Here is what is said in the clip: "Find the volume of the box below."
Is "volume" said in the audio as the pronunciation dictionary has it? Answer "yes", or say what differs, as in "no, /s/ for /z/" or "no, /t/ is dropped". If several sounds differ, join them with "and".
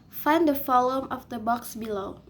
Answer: no, /f/ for /v/